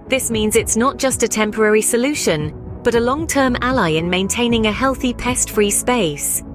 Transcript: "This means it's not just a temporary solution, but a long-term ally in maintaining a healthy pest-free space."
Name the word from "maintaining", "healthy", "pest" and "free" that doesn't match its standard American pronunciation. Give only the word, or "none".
none